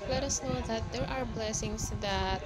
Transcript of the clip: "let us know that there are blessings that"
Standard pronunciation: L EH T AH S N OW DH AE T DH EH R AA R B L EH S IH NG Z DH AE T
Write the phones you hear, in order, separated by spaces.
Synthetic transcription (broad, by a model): L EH T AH S N OW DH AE T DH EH R AA R B L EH S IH NG S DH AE T